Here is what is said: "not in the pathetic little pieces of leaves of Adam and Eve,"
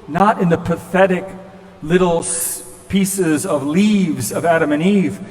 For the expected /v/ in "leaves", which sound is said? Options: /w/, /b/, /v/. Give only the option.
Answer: /v/